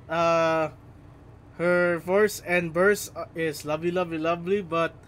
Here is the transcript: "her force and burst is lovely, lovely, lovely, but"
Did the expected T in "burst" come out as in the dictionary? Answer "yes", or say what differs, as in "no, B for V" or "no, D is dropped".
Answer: no, T is dropped